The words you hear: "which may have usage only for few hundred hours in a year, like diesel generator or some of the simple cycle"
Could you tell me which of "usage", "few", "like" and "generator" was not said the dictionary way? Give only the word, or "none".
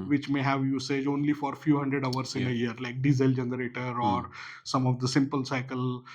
none